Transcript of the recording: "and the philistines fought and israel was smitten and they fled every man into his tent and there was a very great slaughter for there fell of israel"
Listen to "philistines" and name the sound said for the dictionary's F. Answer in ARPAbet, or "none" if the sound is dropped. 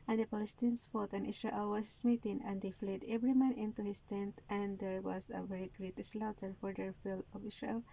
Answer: P